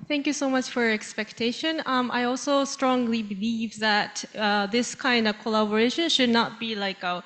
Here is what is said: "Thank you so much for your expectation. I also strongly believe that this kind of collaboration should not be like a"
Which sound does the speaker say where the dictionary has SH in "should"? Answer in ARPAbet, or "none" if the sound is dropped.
SH